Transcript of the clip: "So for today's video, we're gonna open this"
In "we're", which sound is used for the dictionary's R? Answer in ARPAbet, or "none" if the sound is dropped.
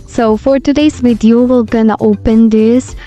L